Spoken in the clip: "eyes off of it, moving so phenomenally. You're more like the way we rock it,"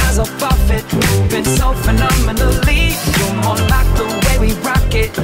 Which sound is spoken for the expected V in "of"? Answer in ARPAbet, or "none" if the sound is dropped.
F